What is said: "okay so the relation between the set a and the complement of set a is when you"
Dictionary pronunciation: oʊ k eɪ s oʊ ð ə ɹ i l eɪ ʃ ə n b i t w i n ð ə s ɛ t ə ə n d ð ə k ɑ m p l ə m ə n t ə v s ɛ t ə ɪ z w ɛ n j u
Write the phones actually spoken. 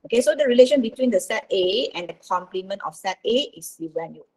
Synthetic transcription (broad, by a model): oʊ k eɪ s oʊ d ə ɹ i l eɪ ʃ ə n b i t w i n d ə s ɛ t ə ə n d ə k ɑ m p l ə m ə n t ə f s ɛ t ə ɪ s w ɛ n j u